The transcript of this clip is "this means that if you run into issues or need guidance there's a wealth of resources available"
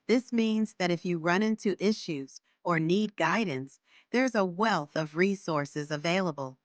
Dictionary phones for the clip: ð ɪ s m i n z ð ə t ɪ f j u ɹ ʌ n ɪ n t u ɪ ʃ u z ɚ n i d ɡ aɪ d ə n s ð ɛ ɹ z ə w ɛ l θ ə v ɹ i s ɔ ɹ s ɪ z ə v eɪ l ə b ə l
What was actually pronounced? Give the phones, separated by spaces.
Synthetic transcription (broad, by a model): ð ɪ s m i n z ð ə t ɪ f j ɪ ɹ ʌ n ɪ n t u ɪ ʃ u z ɚ n i d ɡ aɪ d n s ð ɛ ɹ z ə w ɛ l θ ə v ɹ i s ɔ ɹ s ɪ z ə v eɪ l ə b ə l